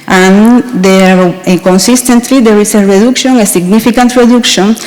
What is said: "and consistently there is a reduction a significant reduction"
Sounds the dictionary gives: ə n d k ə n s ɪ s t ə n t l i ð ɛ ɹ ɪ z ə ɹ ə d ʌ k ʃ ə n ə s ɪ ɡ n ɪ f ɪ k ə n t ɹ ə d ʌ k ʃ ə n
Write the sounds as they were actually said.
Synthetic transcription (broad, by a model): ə n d k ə n s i s t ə n t l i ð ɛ ɹ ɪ s ə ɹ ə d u k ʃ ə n ə s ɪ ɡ n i f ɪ k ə n t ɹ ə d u k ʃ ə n